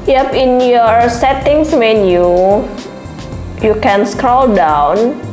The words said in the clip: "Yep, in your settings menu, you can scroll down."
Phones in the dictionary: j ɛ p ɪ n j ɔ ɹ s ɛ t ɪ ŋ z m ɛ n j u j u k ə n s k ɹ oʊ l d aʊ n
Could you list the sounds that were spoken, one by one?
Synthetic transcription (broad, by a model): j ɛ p ɪ n j ɔ ɹ s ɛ t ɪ ŋ s m ɛ n j u j u k ə n s k ɹ oʊ l d aʊ n